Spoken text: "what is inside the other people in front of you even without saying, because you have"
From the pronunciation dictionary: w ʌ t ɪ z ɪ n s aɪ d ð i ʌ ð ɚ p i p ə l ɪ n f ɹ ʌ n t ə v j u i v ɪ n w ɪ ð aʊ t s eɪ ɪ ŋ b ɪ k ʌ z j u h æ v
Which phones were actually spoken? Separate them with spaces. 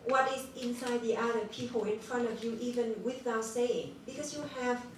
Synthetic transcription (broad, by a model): w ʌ t ɪ z ɪ n s aɪ d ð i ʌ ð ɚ p i p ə l ɪ n f ɹ ʌ n t ə v j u i v ɪ n w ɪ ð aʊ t s eɪ ɪ ŋ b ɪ k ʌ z j u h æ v